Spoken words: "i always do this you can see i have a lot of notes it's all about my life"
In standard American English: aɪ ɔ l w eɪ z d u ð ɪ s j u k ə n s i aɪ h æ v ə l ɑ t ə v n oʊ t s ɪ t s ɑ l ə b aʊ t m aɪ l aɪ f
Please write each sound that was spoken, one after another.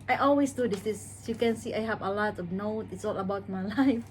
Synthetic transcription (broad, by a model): aɪ ɔ l w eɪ s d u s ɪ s j u k ə n s i aɪ h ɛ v ə l ɑ t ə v n oʊ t ɪ t s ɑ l ə b aʊ t m aɪ l aɪ f